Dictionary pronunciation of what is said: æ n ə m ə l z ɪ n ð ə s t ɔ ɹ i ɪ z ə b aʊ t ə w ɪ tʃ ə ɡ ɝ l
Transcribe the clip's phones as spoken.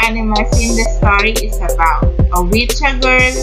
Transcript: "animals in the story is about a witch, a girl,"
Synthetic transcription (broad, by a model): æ n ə m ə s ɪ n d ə s t ɔ ɹ i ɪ s ə b aʊ t ə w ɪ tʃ ə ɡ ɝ